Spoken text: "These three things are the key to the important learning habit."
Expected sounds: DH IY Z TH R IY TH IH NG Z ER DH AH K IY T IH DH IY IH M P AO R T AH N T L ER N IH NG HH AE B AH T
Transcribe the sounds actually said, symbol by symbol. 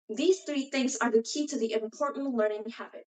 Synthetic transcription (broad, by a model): DH IY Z TH R IY TH IH NG Z ER DH AH K IY T IH DH IY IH M P AO R T N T L ER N IH NG HH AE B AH T